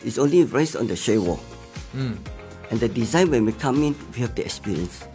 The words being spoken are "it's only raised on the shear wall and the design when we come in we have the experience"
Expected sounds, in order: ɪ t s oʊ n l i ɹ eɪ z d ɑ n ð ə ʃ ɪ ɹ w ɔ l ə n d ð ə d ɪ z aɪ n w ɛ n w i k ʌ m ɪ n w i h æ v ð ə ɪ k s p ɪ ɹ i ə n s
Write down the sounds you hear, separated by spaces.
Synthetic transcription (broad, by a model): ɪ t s oʊ n l i ɹ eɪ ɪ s ɑ n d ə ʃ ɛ w ɔ ə n d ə d ɪ z aɪ n w ɛ n w i k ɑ m ɪ n w i h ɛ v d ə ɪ k s p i ɹ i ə n s